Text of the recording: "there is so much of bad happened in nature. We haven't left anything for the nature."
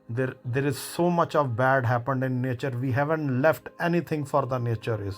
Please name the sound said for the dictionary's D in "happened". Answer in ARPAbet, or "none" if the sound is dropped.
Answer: D